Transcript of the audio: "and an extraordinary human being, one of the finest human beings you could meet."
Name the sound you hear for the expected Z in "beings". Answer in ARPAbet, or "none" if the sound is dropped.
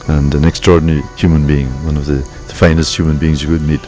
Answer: Z